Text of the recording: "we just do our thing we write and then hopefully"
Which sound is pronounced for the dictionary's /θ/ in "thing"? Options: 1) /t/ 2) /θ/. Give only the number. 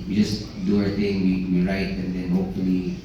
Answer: 1